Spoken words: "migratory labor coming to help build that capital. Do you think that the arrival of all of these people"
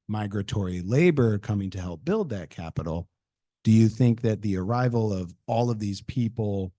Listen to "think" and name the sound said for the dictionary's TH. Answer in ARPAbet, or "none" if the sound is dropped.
TH